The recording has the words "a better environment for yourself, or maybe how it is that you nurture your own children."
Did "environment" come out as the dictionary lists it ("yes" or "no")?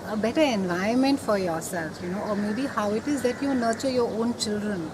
no